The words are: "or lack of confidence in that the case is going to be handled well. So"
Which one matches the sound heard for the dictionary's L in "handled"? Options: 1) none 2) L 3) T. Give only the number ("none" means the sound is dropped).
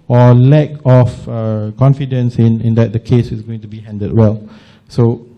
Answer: 1